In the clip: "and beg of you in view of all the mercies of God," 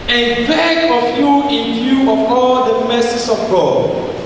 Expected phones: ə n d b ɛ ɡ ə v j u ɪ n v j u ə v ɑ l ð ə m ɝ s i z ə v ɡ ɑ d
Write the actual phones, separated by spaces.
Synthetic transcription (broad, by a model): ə n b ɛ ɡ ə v j u ɪ n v j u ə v ɑ l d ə m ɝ s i s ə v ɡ ɑ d